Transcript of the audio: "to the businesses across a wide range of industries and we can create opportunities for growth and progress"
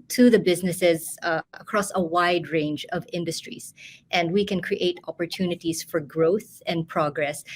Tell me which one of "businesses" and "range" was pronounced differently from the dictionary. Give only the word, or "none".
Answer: none